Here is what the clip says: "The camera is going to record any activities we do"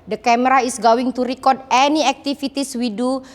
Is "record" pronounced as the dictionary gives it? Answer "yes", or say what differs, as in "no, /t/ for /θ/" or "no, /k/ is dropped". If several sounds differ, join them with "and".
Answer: yes